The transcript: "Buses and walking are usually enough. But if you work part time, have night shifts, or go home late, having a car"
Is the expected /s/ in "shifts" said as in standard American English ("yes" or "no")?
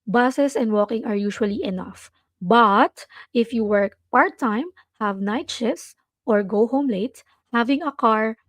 no